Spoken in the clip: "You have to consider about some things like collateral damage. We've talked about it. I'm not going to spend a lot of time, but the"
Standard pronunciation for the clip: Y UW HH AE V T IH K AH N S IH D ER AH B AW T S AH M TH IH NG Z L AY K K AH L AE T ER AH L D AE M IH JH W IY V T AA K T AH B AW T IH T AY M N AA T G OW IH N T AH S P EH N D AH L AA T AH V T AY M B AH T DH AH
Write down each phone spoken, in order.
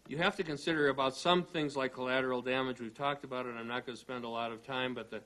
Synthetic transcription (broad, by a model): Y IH HH AE F T IH K AH N S IH D ER AH B AW T S AH M TH IH NG Z L AY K K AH L AE T ER L D AE M IH JH W IY V T AA K T AH B AW T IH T AY M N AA T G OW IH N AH S P EH N D AH L AA T AH V T AY M B AH T DH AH